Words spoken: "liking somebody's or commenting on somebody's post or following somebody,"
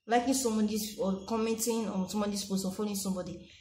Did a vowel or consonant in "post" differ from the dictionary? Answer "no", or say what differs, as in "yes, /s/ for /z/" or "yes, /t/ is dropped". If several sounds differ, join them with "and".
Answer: yes, /t/ is dropped